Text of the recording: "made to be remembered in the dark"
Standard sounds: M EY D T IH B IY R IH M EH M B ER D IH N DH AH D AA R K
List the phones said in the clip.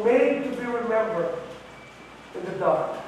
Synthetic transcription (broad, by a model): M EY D T IH B IY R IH M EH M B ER IH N DH AH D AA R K